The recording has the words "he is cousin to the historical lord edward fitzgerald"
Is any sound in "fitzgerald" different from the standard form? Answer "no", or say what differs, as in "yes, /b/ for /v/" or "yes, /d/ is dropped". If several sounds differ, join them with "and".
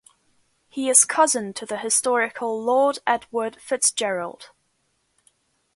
no